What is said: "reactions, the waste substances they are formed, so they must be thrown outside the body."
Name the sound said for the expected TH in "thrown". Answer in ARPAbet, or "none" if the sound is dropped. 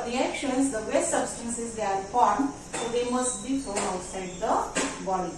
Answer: F